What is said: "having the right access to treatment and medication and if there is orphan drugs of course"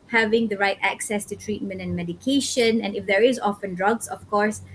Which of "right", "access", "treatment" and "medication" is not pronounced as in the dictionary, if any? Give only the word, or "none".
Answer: none